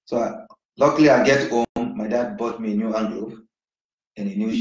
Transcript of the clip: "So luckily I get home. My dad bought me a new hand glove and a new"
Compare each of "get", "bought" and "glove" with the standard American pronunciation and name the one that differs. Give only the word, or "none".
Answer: glove